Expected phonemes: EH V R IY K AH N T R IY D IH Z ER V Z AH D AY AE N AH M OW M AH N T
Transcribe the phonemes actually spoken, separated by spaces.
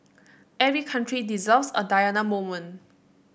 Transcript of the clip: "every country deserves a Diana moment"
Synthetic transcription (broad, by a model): EH V R IY K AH N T R IY D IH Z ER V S AH D AY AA N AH M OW M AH N